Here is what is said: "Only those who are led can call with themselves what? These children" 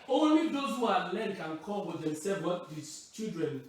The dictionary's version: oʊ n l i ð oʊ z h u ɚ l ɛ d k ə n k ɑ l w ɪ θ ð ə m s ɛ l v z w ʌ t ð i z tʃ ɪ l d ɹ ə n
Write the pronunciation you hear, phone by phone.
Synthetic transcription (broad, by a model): oʊ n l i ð oʊ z h u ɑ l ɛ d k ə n k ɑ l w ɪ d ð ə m s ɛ v w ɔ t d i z tʃ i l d ɹ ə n